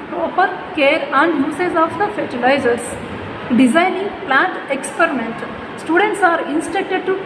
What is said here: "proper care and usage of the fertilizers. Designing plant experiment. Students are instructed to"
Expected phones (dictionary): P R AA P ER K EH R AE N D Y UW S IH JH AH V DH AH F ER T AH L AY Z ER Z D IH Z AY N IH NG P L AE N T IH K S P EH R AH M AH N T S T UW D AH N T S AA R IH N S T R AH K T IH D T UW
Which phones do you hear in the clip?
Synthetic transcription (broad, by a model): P R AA P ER K EH R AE N D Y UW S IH Z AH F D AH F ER T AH L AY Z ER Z D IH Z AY N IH NG P L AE N T IH K S P EH R AH M AH N T S T UW D AH N T S AA R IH N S T EH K T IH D T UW